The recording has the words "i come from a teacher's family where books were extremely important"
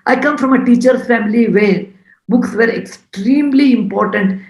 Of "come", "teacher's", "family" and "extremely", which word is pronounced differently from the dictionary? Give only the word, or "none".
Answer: teacher's